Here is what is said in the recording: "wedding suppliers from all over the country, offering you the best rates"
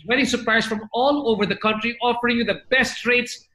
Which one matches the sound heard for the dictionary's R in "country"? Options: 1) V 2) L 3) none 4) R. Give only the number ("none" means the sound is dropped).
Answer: 4